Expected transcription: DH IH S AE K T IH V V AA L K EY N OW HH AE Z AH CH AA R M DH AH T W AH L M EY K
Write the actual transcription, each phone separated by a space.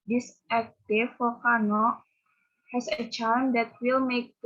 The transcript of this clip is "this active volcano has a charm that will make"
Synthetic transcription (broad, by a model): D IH S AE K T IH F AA K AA N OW HH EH S AH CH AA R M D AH T W AH L M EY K